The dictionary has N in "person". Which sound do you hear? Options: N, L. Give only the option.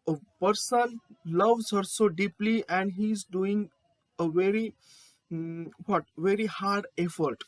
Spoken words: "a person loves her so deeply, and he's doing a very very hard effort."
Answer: L